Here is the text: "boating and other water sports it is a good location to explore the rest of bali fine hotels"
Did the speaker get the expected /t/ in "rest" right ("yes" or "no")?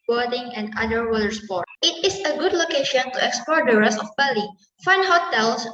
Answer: no